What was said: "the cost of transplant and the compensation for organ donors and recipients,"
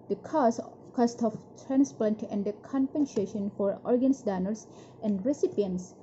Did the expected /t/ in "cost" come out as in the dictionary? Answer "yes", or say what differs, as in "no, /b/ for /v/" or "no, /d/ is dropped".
yes